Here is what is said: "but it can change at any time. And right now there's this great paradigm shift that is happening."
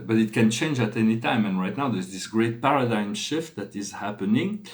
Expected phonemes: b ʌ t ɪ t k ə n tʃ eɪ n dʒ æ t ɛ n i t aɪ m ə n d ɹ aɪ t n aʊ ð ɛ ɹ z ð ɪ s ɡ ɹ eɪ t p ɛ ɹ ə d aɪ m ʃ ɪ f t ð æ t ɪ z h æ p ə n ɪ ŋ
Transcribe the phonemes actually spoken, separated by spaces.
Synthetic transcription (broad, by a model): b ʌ t ɪ t k ə n tʃ eɪ n dʒ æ t ɛ n i t aɪ m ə n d ɹ aɪ t n aʊ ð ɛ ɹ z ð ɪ s ɡ ɹ eɪ t p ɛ ɹ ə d aɪ m ʃ ɪ f t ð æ t ɪ z h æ p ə n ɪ ŋ